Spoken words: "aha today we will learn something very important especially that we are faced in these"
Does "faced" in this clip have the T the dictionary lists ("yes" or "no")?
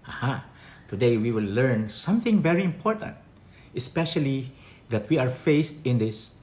yes